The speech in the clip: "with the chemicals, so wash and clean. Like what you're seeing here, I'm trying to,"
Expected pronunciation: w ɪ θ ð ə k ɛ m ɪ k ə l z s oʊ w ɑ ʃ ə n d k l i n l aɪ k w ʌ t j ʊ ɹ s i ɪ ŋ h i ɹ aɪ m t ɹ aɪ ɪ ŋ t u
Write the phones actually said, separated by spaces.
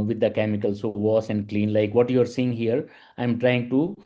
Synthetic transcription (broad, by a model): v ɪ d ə k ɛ m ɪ k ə l s oʊ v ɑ s ə n d k l i n l aɪ k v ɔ t j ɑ ɹ s i ɪ ŋ h i ɹ aɪ m t ɹ aɪ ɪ ŋ t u